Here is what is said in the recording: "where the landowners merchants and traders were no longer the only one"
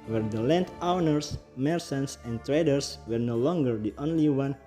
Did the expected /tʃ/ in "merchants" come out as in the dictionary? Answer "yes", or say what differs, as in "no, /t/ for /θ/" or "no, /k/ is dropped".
no, /s/ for /tʃ/